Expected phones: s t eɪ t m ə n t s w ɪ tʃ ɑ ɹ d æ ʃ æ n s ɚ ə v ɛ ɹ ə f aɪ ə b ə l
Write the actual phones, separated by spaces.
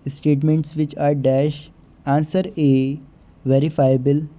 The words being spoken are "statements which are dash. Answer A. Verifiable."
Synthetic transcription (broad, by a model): s t eɪ t m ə n t s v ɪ tʃ ɑ ɹ d æ ʃ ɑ n s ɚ ə v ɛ ɹ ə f aɪ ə b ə l